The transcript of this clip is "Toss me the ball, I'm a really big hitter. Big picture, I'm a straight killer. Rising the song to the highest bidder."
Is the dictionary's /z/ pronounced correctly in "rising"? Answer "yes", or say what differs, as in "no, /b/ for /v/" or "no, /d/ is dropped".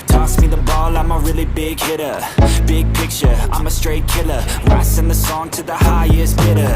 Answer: no, /s/ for /z/